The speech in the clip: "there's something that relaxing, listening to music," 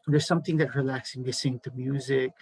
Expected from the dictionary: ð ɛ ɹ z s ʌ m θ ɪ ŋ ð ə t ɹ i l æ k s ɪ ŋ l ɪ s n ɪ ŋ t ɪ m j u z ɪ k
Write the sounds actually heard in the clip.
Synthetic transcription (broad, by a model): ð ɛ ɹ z s ʌ m θ ɪ ŋ ð ə t ɹ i l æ k s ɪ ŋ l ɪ s ɪ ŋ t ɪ m j u z ɪ k